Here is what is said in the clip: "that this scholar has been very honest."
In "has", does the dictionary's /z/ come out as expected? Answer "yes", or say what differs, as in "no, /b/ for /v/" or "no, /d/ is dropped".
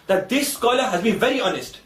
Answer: yes